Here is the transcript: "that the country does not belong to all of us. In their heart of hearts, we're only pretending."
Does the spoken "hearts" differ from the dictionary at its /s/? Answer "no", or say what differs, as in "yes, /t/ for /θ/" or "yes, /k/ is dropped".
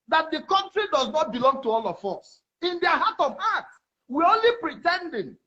yes, /s/ is dropped